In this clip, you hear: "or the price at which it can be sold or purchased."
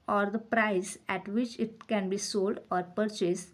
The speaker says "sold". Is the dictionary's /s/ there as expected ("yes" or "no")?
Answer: yes